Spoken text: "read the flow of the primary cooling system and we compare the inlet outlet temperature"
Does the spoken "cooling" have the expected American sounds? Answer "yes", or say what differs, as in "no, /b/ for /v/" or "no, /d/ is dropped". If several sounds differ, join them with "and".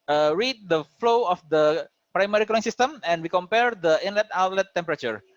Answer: no, /l/ is dropped